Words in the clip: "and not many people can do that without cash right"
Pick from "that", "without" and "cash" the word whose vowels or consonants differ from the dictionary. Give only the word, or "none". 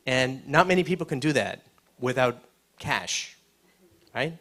none